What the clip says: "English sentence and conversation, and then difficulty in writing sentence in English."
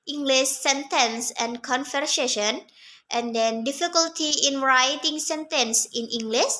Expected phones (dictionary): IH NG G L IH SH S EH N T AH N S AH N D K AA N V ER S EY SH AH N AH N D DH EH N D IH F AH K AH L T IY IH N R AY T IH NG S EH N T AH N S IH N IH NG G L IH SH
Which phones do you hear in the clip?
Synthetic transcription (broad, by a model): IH NG G L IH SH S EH N T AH N S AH N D K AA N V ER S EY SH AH N AH N D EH N D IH F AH K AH L T IY IH N R AY T IH NG S EH N T AH N S IH N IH NG G L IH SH